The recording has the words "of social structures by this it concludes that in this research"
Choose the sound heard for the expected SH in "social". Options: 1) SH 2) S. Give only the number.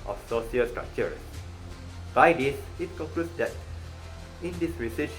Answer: 2